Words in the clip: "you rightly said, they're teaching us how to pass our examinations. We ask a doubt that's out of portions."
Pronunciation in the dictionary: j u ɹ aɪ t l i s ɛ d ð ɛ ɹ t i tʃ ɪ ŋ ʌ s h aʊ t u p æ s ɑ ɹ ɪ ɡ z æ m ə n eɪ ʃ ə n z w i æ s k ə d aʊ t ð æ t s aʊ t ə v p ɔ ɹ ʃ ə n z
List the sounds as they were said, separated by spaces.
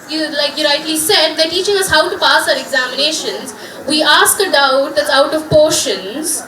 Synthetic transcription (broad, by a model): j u l aɪ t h i s ɛ d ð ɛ t i tʃ ɪ ŋ ʌ s h aʊ t u p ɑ s ɑ ɹ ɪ ɡ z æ m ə n eɪ ʃ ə n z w i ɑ s k ə d aʊ t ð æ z aʊ t ə v p ɔ ɹ ʃ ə n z